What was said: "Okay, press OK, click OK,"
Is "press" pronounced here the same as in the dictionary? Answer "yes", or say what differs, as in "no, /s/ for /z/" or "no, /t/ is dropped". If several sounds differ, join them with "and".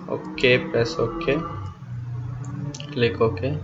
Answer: no, /ɹ/ is dropped